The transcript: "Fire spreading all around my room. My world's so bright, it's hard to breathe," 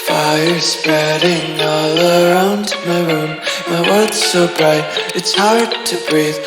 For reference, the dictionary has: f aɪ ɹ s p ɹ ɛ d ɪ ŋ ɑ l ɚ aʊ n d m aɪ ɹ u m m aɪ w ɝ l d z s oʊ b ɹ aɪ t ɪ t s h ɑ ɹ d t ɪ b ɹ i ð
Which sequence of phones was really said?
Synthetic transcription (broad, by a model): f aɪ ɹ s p ɹ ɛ d ɪ ŋ ɑ l ɚ aʊ n d m aɪ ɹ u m m aɪ w ɝ d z s oʊ b ɹ aɪ t ɪ t s h ɑ ɹ d t ɪ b ɹ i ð